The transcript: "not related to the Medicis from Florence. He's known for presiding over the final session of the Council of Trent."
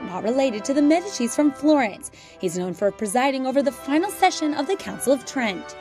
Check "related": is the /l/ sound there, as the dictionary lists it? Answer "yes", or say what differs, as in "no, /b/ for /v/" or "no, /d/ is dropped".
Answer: yes